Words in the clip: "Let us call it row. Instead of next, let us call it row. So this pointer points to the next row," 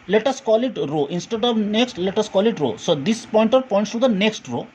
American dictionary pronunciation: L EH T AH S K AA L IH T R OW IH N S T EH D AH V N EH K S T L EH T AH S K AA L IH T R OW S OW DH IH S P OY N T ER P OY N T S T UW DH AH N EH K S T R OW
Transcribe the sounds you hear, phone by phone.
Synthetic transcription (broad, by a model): L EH T AH S K AA L IH T R OW IH N S T EH D AH V N EH K S T L EH T AH S K AA L IH T R OW S OW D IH S P OY N T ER P OY N T S T UW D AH N EH K S T R OW